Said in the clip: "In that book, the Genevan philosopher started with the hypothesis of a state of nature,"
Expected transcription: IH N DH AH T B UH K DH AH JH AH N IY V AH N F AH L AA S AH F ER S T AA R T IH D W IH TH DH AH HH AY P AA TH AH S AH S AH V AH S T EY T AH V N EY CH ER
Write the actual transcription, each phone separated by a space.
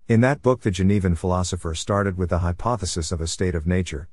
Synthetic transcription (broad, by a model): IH N DH AH T B UH K DH AH JH AH N IY V AH N F AH L AA S AH F ER S T AA R T IH D W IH DH AH HH AY P AA TH AH S AH S AH V AH S T EY T AH V N EY CH ER